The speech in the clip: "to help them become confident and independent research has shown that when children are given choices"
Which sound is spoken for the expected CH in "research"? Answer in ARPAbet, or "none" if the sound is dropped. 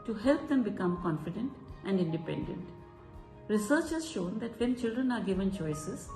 CH